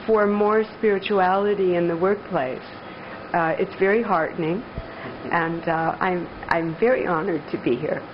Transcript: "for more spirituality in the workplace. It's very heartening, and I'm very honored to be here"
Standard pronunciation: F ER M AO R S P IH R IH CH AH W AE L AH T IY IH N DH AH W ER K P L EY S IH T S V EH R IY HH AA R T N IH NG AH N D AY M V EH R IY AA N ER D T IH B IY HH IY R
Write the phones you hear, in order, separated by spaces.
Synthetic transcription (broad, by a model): F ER M AO R S P IH R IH CH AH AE L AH T IY IH N DH AH W ER K P L EY S IH T S V EH R IY HH AA R T N IH NG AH N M AY M V EH R IY AA N ER D T IH B IY HH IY R